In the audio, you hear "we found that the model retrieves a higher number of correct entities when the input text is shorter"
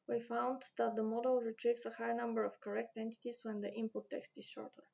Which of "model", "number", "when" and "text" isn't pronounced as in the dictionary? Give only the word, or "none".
none